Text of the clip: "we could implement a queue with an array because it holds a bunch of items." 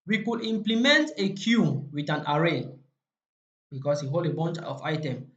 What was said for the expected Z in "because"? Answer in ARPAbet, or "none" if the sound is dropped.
S